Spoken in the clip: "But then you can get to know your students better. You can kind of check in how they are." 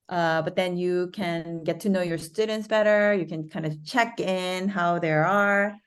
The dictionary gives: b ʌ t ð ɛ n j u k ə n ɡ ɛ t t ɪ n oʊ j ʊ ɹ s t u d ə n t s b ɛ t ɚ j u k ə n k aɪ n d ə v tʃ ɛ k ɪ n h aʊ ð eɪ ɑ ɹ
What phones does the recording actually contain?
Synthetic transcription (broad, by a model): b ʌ t ð ɛ n j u k ə n ɡ ɛ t t ɪ n oʊ j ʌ ɹ s t u d n t s b ɛ t ɚ j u k ə n k aɪ n d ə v tʃ ɛ k ɪ n h aʊ ð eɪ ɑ ɹ